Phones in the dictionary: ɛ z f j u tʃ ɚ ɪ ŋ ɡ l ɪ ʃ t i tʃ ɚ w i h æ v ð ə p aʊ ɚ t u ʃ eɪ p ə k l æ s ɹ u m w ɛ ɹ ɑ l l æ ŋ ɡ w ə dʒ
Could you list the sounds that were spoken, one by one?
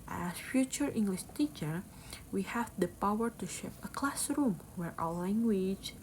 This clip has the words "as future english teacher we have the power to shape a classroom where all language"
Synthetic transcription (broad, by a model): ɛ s f j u tʃ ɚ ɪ ŋ ɡ l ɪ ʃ t i tʃ ɚ w i h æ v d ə p aʊ ɚ t u ʃ eɪ p ə k l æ s ɹ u m w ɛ ɹ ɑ w l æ ŋ ɡ w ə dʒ